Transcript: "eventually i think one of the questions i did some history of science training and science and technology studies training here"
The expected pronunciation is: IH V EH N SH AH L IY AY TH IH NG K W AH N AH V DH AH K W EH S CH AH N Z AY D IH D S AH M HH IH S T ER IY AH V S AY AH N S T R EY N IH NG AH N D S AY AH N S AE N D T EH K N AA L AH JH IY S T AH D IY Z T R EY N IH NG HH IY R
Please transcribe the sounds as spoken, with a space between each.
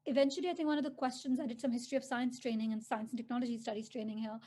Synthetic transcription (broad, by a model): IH V EH N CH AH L IY AY TH IH NG K W AH N AH V DH AH K W EH S CH AH N Z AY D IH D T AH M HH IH S T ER IY AH V S AY AH N S T R EY N IH NG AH N S AY AH N S N T EH K N AA L AH JH IY S T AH D IY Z T R EY N IH NG HH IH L